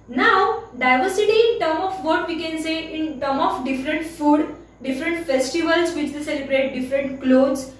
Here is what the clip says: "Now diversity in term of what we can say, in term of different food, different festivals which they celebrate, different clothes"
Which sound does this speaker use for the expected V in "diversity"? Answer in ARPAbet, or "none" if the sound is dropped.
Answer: V